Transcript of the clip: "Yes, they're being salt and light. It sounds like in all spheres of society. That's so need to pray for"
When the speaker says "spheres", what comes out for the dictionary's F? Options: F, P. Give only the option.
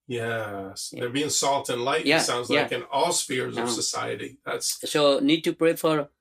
F